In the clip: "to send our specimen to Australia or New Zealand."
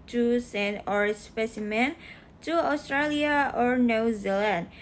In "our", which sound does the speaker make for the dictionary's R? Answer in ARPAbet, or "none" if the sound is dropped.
R